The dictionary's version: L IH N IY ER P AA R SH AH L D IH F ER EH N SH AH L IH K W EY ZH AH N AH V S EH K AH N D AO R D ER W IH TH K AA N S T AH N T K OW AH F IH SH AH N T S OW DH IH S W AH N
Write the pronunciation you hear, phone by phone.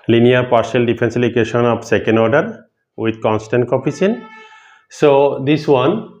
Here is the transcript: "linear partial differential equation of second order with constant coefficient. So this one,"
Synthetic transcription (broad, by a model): L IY N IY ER P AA R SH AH L D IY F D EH N S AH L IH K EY SH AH N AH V S EH K AH N D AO R D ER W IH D K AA N S T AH N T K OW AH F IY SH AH N S OW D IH S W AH N